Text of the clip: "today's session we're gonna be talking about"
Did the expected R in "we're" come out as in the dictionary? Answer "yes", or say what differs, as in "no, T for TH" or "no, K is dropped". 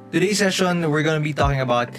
yes